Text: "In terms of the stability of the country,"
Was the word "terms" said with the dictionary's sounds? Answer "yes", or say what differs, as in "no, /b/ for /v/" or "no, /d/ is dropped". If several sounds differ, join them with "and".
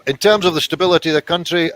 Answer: yes